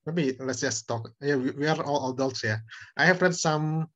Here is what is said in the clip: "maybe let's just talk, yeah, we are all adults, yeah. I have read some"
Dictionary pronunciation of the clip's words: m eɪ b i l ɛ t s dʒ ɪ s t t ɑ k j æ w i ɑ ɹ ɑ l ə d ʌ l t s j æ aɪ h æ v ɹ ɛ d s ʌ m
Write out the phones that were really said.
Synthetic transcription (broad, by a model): m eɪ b i l ɛ t s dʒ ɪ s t t ɑ k j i w i ɑ ɹ ɑ l ə d ʌ l t s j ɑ aɪ h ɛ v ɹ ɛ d s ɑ m